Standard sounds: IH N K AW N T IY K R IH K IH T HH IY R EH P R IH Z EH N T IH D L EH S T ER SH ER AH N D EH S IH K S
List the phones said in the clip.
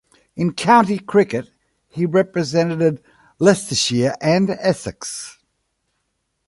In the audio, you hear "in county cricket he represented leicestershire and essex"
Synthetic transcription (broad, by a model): IH N K AW N T IY K R IH K IH T HH IY R EH P R IH Z EH N T IH D L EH S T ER SH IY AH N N EH S IH K S